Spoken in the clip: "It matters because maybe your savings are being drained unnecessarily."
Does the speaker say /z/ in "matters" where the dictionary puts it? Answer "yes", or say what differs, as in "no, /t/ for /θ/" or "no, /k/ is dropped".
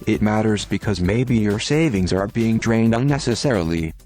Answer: yes